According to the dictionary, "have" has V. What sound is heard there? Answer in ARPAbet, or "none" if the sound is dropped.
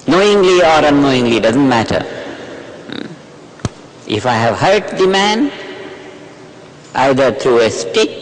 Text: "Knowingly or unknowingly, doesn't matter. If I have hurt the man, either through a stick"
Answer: V